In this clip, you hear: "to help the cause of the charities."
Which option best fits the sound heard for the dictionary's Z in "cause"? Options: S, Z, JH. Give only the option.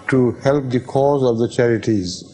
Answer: Z